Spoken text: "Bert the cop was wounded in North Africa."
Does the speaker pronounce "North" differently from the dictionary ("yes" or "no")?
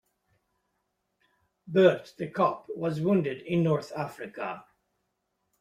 no